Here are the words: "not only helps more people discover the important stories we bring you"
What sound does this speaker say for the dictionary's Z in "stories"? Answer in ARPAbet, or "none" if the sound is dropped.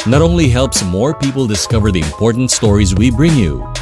Z